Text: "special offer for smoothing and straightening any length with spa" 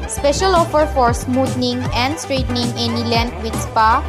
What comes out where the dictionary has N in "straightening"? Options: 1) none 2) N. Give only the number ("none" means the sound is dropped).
2